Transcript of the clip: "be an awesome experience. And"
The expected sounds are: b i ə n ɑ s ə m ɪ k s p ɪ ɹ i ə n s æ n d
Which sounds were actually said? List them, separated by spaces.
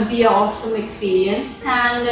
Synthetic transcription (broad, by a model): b i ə ɑ s ə m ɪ k s p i ɹ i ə n s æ n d